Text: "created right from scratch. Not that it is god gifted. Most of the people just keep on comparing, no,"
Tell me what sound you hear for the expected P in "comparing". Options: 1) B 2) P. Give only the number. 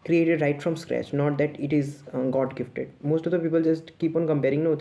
2